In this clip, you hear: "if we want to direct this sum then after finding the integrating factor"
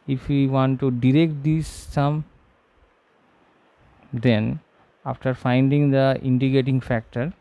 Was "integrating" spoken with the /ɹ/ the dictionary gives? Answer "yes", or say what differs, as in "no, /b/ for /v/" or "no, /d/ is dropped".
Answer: no, /ɹ/ is dropped